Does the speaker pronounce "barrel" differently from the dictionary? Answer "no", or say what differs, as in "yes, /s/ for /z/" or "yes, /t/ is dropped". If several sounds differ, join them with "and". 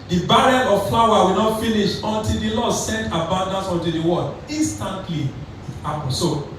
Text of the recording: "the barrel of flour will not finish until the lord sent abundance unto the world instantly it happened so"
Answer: yes, /n/ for /l/